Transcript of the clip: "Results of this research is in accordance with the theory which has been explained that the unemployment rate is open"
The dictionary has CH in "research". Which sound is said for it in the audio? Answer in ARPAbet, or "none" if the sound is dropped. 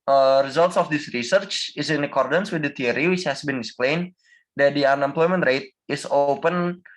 CH